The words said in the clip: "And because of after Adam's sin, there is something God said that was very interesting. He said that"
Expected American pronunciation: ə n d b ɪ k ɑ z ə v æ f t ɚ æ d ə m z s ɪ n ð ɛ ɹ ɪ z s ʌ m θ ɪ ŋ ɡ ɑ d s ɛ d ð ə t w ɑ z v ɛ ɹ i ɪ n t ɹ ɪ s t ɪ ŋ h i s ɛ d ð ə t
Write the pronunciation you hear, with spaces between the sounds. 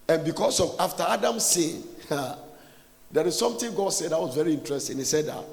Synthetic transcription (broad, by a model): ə n b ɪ k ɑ s ə v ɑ f t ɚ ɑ d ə m s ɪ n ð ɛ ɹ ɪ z s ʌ m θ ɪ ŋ ɡ ɑ d s ɛ d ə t w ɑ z v ɛ ɹ i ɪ n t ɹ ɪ s t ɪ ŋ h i s ɛ d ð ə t